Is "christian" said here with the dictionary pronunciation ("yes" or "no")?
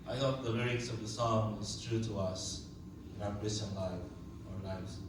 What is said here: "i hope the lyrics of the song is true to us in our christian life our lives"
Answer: no